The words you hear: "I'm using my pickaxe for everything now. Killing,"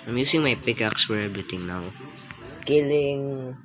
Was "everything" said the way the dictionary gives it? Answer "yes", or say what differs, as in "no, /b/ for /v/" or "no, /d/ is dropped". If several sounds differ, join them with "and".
no, /t/ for /θ/